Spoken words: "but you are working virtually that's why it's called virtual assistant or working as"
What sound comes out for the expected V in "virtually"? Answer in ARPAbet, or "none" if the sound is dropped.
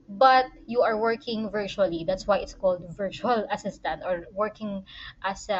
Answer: V